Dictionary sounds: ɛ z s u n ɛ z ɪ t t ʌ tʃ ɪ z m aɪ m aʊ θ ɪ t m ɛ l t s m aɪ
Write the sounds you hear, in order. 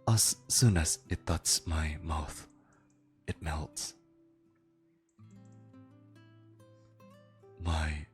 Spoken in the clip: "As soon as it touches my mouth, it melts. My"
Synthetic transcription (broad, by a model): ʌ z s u n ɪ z ɪ t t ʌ tʃ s m aɪ m aʊ θ ɪ t m ɛ l t s m aɪ